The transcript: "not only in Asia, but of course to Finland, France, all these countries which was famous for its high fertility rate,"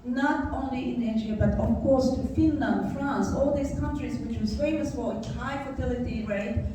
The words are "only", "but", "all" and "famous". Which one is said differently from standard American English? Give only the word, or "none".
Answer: none